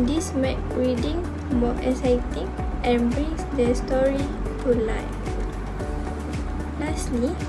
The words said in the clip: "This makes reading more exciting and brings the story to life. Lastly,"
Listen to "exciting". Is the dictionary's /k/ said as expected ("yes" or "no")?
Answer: no